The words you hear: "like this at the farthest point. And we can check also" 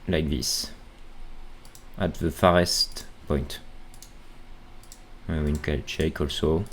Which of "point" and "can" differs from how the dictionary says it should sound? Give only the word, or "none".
can